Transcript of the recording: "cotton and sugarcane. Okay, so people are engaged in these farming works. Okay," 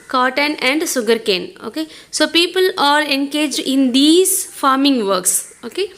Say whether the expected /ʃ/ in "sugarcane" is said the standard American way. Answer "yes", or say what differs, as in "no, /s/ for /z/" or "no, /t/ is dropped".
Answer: no, /s/ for /ʃ/